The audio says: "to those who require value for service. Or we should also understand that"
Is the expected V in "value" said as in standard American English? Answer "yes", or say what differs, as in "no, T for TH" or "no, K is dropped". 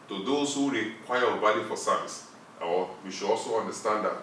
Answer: no, B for V